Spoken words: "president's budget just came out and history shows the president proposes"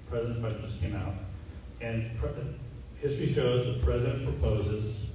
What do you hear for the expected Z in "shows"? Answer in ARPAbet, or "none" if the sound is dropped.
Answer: Z